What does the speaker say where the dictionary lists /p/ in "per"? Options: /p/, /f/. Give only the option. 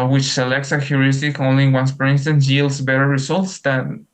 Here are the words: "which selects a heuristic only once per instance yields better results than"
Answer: /f/